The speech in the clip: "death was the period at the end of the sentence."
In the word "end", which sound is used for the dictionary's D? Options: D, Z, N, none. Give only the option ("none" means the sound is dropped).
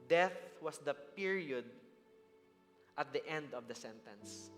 D